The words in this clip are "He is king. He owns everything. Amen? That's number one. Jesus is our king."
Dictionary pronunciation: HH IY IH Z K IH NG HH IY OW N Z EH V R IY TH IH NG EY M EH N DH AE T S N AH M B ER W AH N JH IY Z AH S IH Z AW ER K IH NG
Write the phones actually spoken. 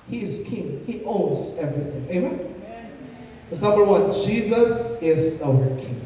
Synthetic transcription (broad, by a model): HH IY IH Z K IH NG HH IY OW N Z EH V R IY TH IH NG EY M EH N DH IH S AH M ER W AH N JH IY Z AH S IH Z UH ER K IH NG